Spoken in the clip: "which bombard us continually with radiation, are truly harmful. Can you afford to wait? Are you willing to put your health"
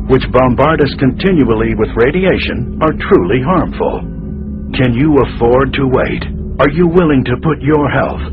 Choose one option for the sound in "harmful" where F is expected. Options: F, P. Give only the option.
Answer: F